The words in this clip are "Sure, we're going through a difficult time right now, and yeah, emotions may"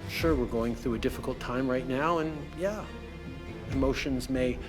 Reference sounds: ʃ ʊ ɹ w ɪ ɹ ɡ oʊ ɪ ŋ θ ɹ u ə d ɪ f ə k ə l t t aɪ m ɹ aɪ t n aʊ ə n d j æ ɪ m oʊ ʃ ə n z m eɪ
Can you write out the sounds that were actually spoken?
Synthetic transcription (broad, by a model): ʃ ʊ ɹ w ɪ ɹ ɡ oʊ ɪ ŋ θ ɹ u ə d ɪ f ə k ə l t t aɪ m ɹ aɪ t n aʊ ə n j æ ɪ m oʊ ʃ ə n z m eɪ